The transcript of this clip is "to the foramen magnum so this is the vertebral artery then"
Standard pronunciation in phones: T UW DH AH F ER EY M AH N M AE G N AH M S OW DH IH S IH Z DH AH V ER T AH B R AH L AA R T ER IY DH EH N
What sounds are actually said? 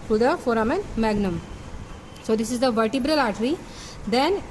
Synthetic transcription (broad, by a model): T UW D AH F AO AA M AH N M AE G N AH M S OW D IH S IH Z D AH V ER T AH B R AH L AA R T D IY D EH N